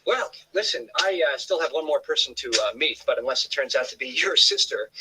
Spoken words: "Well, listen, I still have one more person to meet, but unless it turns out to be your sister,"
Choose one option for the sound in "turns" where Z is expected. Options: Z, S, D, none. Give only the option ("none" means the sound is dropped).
Z